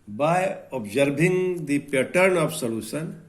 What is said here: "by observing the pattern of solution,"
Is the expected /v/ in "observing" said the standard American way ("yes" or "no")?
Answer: no